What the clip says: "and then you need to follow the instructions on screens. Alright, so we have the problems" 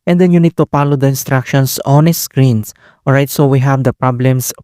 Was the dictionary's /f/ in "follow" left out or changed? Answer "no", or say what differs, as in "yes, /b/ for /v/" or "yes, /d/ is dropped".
yes, /p/ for /f/